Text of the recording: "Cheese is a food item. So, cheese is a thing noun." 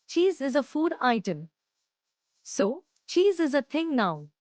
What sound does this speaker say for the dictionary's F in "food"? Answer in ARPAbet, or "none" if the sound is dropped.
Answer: F